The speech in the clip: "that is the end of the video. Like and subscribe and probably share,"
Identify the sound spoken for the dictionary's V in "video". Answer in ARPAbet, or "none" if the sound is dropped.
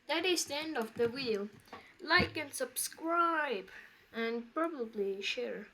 W